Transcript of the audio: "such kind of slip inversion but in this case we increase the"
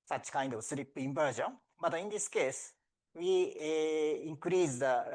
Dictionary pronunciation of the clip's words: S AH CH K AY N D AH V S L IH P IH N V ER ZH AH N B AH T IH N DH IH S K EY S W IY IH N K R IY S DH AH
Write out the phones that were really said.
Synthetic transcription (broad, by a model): S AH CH K AY N D AH V S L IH P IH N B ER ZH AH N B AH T IH N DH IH S K EY S W IY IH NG K R IY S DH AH